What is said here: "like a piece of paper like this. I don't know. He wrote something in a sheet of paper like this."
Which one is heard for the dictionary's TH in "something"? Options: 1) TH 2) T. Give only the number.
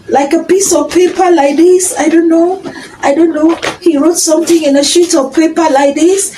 2